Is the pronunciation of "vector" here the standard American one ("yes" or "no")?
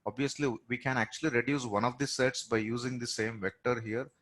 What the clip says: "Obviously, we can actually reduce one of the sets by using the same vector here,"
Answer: yes